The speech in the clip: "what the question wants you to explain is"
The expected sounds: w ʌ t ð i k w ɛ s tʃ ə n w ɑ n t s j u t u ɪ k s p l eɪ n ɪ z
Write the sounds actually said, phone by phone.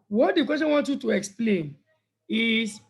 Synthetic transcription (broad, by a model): w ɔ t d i k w ɛ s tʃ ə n w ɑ n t j u t u ɪ k s p l eɪ n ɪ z